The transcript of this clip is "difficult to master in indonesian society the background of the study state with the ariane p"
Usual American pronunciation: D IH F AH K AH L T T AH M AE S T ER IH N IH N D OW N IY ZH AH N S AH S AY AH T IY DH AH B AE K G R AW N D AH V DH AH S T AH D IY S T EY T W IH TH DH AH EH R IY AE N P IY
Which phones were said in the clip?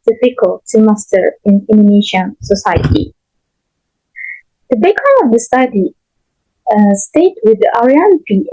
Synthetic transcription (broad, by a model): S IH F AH K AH L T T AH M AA S T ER IH N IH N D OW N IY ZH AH N S AH S AY AH T IY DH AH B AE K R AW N AH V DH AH S T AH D IY S T EY T W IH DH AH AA R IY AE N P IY